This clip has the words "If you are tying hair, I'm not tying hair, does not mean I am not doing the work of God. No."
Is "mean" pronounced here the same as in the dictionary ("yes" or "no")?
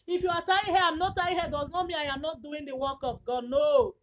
no